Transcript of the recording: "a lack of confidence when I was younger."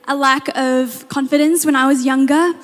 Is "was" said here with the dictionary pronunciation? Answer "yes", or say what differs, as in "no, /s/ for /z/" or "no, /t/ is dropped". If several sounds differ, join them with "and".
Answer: yes